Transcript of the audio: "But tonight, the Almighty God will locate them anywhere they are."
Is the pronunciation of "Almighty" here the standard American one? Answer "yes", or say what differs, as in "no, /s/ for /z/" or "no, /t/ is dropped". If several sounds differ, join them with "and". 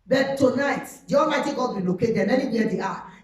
no, /l/ is dropped